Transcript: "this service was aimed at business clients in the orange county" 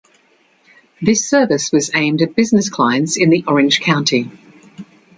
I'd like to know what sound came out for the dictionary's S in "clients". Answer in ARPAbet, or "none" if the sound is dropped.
S